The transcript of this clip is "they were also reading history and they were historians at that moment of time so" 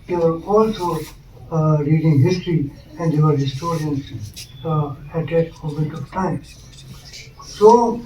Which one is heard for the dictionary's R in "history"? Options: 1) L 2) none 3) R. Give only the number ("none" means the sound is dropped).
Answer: 3